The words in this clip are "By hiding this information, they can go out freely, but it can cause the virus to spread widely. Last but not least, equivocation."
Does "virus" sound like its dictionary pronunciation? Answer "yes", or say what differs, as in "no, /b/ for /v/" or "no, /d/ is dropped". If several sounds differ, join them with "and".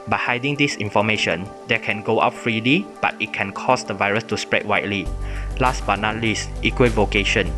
yes